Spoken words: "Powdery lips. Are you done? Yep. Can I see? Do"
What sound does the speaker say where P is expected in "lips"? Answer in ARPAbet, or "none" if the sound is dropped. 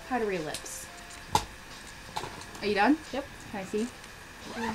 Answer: P